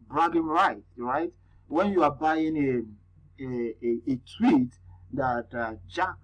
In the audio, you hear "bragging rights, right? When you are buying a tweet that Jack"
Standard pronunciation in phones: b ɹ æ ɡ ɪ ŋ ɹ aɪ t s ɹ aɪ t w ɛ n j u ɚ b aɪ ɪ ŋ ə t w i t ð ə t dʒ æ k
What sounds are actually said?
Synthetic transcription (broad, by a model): b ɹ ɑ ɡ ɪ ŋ ɹ aɪ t ɹ aɪ t w ɛ n j u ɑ b aɪ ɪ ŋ ə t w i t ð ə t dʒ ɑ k